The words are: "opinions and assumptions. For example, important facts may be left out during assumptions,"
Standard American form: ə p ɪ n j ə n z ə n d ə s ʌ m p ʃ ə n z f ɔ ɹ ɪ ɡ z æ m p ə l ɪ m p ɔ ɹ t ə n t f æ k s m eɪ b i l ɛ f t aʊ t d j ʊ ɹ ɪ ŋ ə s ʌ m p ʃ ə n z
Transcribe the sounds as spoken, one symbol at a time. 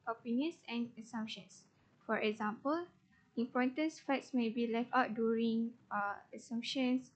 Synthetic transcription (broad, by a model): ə p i n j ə n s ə n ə s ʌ m p ʃ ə n s f ɔ ɹ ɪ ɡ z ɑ m p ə l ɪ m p ɔ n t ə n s f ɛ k s m eɪ b i l ɛ f t aʊ t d j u ɹ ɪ ŋ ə s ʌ m p ʃ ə n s